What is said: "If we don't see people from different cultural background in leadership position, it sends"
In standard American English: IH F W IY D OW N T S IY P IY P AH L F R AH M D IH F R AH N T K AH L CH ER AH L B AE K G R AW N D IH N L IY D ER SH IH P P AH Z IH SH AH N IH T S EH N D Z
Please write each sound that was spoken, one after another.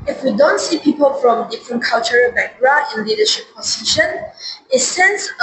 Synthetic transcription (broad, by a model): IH F W IY D OW N T S IY P IY P AH L F R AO M D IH F R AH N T K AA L CH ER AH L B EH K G R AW D IH N L IY D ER SH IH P P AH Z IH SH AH N IH T S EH N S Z